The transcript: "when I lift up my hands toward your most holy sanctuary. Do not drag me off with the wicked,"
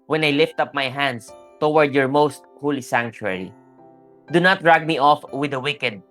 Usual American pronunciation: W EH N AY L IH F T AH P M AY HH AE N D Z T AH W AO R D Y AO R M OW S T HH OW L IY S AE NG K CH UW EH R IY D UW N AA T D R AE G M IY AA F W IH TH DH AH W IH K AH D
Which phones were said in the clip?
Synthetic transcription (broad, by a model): W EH N AY L IH F T AH P M AY HH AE N D S T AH W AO R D Y AO R M OW S T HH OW L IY S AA NG K CH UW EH R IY D UW N AA T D R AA G M IY AA F W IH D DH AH W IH K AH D